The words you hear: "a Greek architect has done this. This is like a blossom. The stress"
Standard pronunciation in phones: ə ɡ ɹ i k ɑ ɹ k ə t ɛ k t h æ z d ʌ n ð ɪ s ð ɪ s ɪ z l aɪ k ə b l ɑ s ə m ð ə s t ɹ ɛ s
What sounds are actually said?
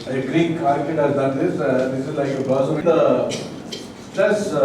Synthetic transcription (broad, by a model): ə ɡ ɹ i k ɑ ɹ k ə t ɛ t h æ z d ʌ n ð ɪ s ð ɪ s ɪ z l aɪ k ə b ɑ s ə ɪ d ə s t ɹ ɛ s